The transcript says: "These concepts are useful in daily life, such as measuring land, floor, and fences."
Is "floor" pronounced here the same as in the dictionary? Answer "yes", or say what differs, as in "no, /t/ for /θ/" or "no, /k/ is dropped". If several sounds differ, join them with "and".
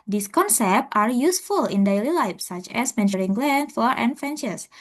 no, /l/ is dropped